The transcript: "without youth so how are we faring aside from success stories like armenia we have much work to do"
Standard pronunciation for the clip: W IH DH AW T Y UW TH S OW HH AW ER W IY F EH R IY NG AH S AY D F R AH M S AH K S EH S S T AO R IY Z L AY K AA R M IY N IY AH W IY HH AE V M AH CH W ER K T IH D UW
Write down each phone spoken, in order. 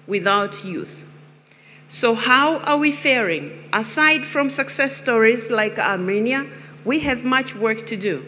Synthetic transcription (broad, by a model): W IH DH AW T Y UW TH S OW HH AW ER W IY F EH R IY NG AH S AY D F R AH M S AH K S EH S S T AO R IY Z L AY K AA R M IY N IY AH W IY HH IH V M AH CH W ER K T IH D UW